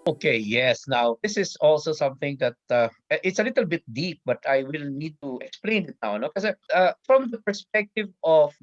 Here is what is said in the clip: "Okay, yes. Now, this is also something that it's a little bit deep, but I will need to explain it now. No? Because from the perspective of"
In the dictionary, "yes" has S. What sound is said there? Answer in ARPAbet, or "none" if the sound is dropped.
S